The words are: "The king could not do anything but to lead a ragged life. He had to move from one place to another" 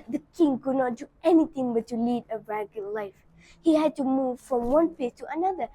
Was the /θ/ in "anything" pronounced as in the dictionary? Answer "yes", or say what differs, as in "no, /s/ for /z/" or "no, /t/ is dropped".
no, /t/ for /θ/